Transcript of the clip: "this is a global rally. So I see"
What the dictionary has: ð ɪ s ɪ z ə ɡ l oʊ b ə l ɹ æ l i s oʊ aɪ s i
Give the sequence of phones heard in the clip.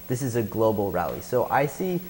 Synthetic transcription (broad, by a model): ð ɪ s ɪ z ə ɡ l oʊ b l ɹ æ l i s oʊ aɪ s i